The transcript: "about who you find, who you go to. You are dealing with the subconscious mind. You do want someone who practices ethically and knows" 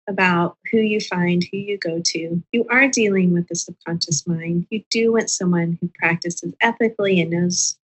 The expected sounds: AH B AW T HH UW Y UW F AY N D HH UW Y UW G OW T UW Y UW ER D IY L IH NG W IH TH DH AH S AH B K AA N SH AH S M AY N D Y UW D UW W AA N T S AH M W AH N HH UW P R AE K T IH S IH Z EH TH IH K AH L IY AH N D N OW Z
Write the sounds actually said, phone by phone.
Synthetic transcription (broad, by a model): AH B AW T HH UW Y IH F AY N D HH UW Y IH G OW T UW Y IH ER D IY L IH NG W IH DH AH S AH K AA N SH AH S M AY N D Y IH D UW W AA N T S AH M W AH N HH UW P R AE K T IH S IH Z EH TH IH K L IY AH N N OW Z